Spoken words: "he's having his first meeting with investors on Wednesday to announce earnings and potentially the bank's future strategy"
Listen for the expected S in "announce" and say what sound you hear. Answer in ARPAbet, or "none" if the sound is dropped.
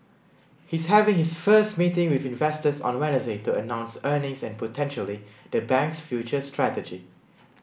S